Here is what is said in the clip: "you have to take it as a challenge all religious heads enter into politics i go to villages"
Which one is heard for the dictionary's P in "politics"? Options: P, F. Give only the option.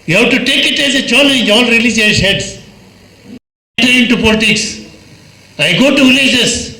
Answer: P